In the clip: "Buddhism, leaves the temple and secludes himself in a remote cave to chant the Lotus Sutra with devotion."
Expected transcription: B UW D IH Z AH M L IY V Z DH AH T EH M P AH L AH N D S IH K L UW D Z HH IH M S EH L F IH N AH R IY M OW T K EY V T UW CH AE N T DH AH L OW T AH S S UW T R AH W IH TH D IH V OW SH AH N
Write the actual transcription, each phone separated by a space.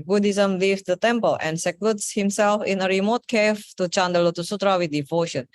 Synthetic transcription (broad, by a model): B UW D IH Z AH M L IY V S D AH T EH M P AH L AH N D S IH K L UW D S HH IH M S EH L F IH N AH R IY M OW T K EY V T UW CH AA N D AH L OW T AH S S UW T R AH W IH D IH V OW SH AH N